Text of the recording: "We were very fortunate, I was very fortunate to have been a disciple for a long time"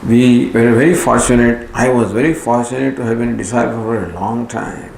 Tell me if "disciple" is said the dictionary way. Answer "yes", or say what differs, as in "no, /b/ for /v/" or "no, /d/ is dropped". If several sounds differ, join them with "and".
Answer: no, /p/ is dropped